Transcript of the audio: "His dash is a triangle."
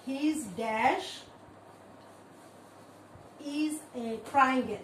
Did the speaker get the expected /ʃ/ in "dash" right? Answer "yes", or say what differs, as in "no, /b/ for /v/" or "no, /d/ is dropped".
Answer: yes